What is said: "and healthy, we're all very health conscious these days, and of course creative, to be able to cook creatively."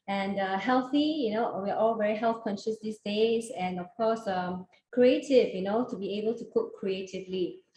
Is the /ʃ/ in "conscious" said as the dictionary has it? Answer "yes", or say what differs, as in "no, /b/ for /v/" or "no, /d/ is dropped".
yes